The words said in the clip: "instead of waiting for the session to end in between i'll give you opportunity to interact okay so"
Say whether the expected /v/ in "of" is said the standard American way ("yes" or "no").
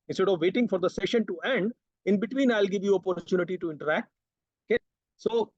yes